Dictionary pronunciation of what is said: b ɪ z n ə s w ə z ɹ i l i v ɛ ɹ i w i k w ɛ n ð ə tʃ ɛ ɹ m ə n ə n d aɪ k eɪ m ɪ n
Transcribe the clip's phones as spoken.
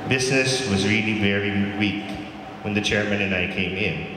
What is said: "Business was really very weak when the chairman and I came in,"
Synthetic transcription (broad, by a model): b ɪ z n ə s w ə z ɹ i l i v ɛ ɹ i w i k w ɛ n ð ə tʃ ɛ ɹ m ə n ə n aɪ k eɪ m ɪ n